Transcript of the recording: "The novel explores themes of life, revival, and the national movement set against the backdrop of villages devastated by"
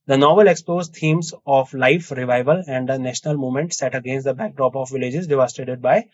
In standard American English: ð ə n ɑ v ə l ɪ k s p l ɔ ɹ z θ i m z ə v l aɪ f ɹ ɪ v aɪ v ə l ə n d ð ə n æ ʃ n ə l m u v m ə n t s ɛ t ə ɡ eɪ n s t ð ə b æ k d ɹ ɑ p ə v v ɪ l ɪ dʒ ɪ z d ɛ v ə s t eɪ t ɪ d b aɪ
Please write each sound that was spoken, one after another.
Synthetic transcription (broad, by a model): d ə n ɑ v ə l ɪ k s p ɔ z t i m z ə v l aɪ f ɹ ɪ v aɪ v ə l ə n d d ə n æ ʃ n ə l m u m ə n t s ɛ t ə ɡ eɪ n s t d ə b æ k d ɹ ɑ p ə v v ɪ l ɪ dʒ ɪ z d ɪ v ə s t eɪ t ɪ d b aɪ